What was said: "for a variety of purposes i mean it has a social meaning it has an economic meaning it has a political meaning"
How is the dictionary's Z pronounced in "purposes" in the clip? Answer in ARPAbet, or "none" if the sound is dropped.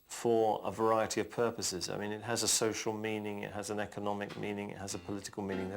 Z